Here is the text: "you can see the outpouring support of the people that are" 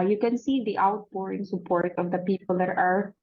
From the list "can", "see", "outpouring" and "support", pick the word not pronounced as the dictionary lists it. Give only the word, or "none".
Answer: outpouring